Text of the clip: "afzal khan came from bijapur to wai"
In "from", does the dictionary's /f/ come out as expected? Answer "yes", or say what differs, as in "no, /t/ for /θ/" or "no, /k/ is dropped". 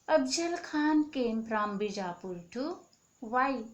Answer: no, /p/ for /f/